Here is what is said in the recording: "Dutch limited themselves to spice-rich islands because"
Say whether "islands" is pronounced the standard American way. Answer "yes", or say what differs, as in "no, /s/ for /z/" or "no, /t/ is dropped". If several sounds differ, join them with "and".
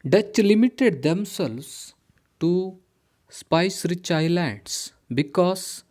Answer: no, /n/ is dropped and /s/ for /z/